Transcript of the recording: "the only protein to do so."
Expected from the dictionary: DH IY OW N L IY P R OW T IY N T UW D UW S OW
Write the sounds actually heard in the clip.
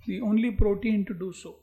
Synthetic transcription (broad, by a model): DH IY OW N L IY P R OW T IY N T UW D UW S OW